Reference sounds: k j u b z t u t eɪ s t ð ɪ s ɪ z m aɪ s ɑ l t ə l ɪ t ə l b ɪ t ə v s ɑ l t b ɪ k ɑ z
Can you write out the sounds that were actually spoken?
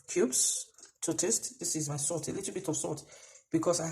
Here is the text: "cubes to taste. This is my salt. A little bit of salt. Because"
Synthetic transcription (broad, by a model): k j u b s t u t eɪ s t ð ɪ s ɪ z m aɪ s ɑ t ə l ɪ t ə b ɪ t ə s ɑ t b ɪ k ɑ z